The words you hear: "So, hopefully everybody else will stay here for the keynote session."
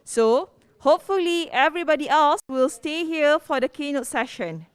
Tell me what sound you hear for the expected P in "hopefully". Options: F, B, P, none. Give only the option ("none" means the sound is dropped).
P